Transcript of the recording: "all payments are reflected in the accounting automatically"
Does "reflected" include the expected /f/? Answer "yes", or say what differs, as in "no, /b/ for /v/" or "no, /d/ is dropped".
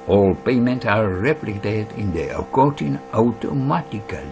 no, /p/ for /f/